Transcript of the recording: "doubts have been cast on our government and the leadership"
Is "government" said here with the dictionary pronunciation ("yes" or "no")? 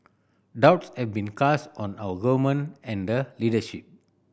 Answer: no